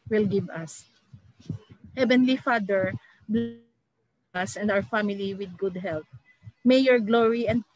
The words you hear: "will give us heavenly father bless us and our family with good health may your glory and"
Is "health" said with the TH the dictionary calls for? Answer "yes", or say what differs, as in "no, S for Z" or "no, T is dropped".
no, T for TH